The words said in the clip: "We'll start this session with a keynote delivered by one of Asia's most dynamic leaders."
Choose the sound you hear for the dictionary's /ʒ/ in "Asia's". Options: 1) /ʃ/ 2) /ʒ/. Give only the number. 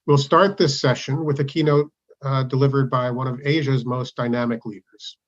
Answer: 2